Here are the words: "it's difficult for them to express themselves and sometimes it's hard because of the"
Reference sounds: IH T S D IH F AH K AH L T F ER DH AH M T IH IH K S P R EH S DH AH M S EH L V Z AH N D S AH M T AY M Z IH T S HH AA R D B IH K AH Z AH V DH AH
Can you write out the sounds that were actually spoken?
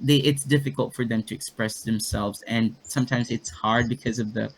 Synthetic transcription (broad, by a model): IH T S D IH F AH K AH L T F ER DH AH M T IH IH K S P R EH S DH AH M S EH L V Z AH N S AH M T AY M Z IH T S HH AA R D B IH K AH Z AH V DH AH